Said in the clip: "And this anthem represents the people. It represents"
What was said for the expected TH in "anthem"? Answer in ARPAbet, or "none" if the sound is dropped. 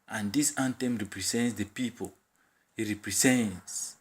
T